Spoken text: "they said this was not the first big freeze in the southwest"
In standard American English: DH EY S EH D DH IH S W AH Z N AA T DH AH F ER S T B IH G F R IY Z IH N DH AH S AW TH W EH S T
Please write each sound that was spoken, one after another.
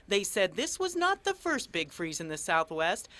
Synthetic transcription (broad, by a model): DH EY S EH D DH IH S W AH Z N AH T DH AH F ER S T B IH G F R IY Z IH N DH AH S AW TH W EH S T